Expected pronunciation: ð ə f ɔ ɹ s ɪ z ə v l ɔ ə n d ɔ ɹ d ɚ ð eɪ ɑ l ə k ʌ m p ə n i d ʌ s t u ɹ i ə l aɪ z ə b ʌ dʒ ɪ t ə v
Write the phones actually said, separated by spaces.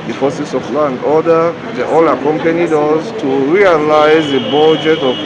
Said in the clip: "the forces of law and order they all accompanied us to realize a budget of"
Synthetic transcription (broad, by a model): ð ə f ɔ s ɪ s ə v l ɔ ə n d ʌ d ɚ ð ɑ l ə k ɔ m p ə n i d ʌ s t u ɹ i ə l aɪ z ə b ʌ dʒ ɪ t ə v